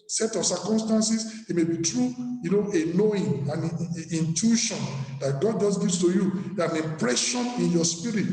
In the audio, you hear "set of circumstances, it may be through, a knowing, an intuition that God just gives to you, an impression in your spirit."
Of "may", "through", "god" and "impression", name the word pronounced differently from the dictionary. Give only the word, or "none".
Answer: through